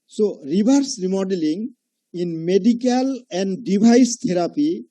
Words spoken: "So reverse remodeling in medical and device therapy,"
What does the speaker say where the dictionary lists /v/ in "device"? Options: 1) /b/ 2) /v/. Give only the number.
1